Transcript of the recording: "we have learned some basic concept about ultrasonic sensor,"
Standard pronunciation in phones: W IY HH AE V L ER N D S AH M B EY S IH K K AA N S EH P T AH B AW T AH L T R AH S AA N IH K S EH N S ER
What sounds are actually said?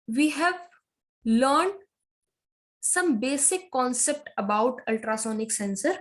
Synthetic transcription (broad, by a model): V IY HH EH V L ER N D S AH M B EY S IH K K AA N S EH P T AH B AW T AH L T R AH S AA N IH K S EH N S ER